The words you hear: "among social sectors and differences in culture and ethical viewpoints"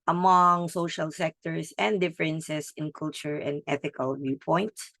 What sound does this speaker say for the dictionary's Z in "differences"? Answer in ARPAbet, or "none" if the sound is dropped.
S